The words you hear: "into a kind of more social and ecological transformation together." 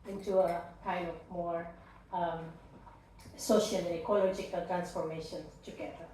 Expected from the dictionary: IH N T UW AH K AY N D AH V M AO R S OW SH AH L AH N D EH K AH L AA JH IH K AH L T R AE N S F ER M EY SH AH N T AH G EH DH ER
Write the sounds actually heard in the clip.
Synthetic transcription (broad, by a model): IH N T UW AH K AY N AH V M AO R S OW SH AH L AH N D EH K AH L AA JH IH K AH L T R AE N S F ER M EY SH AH N T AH G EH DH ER